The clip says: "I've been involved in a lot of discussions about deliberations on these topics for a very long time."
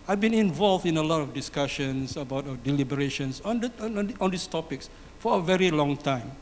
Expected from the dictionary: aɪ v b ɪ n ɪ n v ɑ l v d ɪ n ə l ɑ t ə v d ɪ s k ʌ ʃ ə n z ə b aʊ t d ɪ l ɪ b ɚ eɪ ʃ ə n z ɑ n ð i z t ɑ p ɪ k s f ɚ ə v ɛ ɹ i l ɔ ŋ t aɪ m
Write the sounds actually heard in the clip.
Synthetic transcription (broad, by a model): aɪ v b ɪ n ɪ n v ɑ l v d ɪ n ə l ɑ t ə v d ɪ s k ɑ ʃ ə n s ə b aʊ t d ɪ l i b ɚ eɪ ʃ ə n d ɑ n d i s t ɑ p ɪ k s f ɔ ə v ɛ ɹ i l ɔ ŋ t aɪ m